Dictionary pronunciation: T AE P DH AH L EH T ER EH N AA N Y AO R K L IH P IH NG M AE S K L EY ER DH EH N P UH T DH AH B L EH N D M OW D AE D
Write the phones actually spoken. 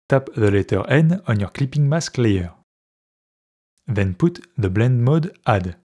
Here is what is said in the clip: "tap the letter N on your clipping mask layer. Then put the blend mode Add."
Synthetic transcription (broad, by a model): T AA P DH AH L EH T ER EH N AA N Y AO R K L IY P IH NG M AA S K L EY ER DH EH N P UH T DH AH B L EH N D M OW D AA D